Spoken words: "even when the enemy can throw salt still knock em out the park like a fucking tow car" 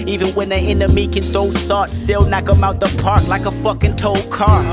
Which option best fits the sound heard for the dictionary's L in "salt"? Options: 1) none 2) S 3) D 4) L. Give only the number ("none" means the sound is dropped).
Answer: 1